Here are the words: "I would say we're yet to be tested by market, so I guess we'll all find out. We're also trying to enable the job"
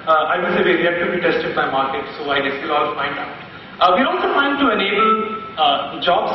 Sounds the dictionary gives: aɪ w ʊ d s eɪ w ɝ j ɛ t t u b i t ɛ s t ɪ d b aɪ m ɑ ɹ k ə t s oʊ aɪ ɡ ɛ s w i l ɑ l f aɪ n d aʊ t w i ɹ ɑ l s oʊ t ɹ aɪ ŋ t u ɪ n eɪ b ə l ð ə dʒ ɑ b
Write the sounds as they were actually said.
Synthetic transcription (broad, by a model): aɪ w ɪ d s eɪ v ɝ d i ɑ t u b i t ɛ s t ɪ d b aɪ m ɑ ɹ k ə t s oʊ aɪ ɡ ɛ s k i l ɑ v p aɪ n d aʊ t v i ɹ ɑ l s oʊ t aɪ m t u ɪ n eɪ b ə l dʒ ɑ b